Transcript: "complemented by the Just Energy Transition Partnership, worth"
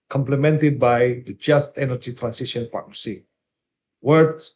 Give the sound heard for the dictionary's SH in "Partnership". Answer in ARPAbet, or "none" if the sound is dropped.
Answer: S